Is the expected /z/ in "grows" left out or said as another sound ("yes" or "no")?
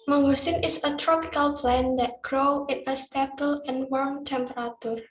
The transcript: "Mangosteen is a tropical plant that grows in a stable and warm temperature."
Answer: yes